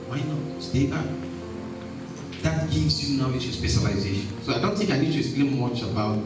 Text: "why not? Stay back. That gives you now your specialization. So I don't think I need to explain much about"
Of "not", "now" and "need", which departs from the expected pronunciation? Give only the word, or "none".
now